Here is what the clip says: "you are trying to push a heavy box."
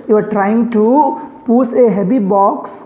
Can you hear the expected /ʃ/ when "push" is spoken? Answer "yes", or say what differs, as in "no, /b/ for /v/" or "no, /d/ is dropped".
no, /s/ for /ʃ/